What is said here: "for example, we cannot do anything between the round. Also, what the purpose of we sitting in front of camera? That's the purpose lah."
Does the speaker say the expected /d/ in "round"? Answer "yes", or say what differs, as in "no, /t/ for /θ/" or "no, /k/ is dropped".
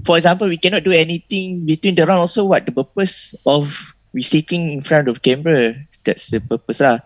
no, /d/ is dropped